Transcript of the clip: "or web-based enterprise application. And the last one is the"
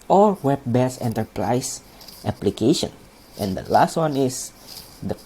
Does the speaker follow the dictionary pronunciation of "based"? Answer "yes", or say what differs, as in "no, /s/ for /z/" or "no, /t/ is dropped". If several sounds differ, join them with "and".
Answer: no, /t/ is dropped